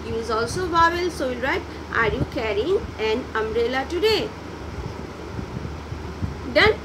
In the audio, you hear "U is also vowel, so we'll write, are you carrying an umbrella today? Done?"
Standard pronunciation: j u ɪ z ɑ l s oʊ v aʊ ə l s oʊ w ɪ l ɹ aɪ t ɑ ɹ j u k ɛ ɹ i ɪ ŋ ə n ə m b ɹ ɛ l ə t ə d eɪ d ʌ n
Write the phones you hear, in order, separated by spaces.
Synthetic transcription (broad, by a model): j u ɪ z ɑ l s oʊ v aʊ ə l s oʊ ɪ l ɹ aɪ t ɑ ɹ j u k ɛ ɹ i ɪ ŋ ə n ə m ɹ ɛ l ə t ə d eɪ d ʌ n